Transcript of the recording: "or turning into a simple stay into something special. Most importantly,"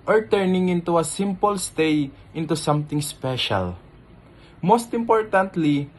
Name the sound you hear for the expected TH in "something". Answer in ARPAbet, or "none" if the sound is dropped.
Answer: T